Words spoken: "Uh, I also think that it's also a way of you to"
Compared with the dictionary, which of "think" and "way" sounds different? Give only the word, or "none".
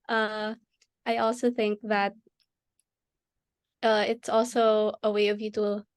none